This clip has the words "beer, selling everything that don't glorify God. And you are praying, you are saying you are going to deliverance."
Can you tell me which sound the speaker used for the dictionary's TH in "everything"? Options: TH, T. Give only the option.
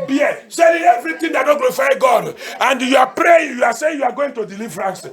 T